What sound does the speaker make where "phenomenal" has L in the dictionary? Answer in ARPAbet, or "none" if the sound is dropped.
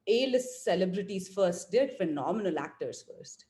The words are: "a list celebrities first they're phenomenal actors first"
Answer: L